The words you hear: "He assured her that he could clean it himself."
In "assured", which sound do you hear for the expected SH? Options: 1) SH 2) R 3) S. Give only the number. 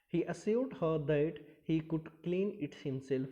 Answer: 3